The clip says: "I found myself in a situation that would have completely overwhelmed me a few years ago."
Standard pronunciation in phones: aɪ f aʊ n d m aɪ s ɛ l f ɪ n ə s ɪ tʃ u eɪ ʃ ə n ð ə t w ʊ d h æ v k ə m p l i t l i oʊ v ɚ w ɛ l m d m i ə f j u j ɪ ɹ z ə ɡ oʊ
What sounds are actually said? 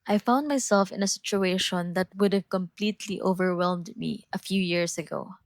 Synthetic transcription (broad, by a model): aɪ f aʊ n d m aɪ s ɛ l f ɪ n ə s ɪ tʃ u eɪ ʃ ə n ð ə t w ʊ d h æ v k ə m p l i t l i oʊ v ɚ w ɛ l m d m i ə f j u j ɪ ɹ s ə ɡ oʊ